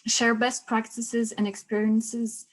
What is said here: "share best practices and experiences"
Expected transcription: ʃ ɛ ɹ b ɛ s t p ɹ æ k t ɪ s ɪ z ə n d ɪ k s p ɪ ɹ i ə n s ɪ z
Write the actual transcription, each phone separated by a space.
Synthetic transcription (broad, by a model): ʃ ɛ ɹ b ɛ s t p ɹ æ k t ɪ s ɪ z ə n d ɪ k s p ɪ ɹ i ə n s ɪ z